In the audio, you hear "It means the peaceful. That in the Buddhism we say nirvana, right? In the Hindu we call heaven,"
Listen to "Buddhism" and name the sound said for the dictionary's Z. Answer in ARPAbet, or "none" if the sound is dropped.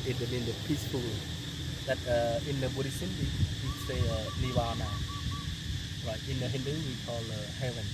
S